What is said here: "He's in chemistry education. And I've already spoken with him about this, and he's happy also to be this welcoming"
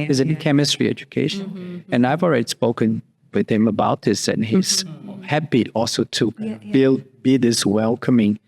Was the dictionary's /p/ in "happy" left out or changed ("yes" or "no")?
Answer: yes